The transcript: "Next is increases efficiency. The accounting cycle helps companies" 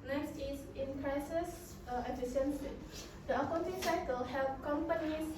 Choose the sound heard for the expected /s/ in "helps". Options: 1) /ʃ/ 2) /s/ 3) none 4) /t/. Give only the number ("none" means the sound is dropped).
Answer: 3